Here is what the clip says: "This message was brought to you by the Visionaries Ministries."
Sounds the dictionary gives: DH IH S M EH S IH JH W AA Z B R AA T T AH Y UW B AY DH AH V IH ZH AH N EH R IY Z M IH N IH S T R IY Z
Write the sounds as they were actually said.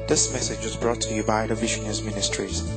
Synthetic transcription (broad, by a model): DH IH S M EH S IH JH W AA Z B R AA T T AH Y UW B AY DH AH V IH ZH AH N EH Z M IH N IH S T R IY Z